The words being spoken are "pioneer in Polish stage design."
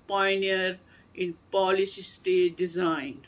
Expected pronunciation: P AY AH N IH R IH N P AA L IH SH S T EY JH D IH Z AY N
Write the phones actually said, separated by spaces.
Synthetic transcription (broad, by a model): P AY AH N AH R IH N P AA L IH S S T EY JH D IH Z AY N